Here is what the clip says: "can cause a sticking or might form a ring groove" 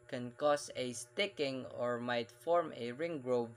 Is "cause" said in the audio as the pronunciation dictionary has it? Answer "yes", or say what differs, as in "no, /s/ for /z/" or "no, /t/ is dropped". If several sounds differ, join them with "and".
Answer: no, /s/ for /z/